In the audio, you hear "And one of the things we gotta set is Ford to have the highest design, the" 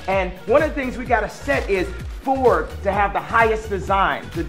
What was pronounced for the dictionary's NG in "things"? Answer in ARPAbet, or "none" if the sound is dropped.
NG